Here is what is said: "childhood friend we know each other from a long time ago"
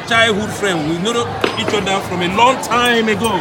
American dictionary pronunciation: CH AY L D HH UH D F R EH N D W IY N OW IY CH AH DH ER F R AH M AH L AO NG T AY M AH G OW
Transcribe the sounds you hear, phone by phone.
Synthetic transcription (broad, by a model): CH AY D HH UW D F R EH N D W IY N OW IY CH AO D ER F R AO M AH L AO NG T AY M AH G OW